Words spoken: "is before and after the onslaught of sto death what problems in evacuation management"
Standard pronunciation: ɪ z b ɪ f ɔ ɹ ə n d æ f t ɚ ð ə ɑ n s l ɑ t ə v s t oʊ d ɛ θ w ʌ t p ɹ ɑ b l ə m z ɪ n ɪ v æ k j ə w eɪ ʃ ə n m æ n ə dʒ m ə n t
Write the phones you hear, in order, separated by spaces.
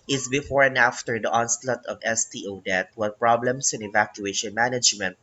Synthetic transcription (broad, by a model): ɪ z b ɪ f ɔ ɹ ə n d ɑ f t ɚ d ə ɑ n s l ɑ t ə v s t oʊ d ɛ t w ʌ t p ɹ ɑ b l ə m s ɪ n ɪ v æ k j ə eɪ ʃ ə n m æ n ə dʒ m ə n t